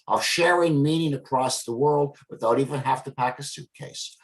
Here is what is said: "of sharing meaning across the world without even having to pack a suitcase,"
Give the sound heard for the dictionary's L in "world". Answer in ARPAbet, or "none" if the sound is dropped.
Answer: L